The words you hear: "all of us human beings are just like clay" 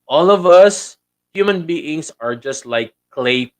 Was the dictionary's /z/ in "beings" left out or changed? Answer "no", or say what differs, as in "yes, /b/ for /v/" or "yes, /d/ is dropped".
yes, /s/ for /z/